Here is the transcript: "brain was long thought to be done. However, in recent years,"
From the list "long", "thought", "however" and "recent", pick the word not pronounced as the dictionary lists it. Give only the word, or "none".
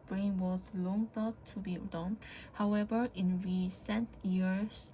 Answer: thought